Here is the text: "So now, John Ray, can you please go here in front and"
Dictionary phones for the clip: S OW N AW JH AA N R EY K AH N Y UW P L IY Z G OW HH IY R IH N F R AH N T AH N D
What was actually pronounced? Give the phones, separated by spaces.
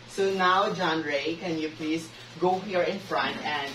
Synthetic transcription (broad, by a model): S OW N AW JH AA N R EY K AH N Y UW P L IY S G OW HH IY R IH N F R AH N T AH N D